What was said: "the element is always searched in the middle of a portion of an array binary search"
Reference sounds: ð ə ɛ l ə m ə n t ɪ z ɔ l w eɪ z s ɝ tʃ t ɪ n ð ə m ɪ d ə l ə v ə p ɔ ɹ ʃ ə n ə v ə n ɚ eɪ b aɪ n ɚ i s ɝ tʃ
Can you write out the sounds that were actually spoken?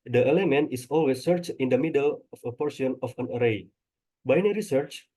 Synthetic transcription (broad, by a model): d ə ɛ l ə m ə n t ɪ s ɔ l w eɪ s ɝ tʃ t ɪ n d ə m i d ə l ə f ə p ɔ ɹ s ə n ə f ə n ɚ eɪ b aɪ n ɚ i s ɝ tʃ